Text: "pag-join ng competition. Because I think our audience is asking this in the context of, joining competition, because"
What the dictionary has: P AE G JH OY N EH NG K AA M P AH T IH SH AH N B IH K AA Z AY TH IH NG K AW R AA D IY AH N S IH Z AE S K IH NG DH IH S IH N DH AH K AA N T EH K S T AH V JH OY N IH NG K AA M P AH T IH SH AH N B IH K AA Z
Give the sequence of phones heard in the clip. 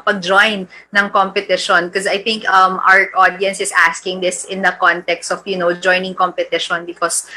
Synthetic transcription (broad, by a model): P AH G JH OY N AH NG K AA M P AH T IH SH AH N K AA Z AY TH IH NG K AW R AA D IY AH N S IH S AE S K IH NG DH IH S IH N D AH K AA N T EH K S T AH W JH OY N IH NG K AA M P AH T IH SH AH N B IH K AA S